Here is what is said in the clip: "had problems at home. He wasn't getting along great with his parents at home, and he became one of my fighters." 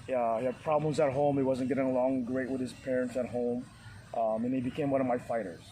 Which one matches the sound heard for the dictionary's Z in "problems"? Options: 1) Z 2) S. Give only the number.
1